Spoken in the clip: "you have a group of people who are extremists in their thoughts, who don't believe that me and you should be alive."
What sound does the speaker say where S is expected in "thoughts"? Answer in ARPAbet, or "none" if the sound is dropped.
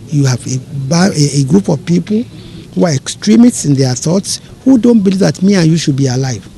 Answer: S